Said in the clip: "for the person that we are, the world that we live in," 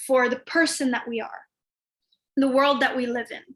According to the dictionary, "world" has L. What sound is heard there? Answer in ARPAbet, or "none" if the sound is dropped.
L